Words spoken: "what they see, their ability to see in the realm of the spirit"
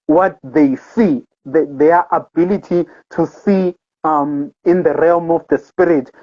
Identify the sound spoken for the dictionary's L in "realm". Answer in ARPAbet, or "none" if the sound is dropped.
L